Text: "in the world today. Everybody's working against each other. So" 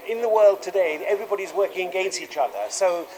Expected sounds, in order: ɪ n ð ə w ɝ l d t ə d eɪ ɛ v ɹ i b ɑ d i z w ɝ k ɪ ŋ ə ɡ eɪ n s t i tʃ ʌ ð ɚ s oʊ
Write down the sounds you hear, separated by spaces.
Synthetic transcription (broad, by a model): ɪ n ð ə w ɝ l d t ə d eɪ ɛ v ɹ i b ɑ d i z w ɝ k ɪ ŋ ə ɡ eɪ n s t i tʃ ʌ ð ɚ s oʊ